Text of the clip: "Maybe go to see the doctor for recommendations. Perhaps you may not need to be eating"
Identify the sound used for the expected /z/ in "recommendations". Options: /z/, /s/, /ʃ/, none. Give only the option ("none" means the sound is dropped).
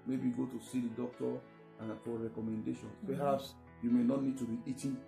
none